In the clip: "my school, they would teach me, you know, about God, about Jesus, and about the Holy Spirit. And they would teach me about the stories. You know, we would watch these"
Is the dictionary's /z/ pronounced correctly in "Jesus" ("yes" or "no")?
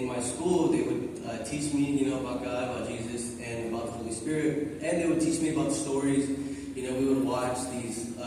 yes